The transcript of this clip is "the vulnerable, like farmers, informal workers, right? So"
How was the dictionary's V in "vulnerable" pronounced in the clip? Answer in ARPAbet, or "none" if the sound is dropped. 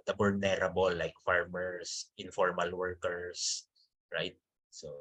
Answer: B